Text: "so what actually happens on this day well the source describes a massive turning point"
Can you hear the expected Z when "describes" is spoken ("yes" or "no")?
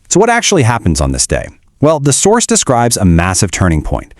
yes